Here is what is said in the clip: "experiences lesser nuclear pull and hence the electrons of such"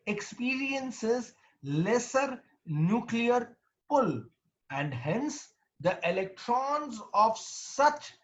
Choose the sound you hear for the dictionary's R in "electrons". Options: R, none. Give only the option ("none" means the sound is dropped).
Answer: R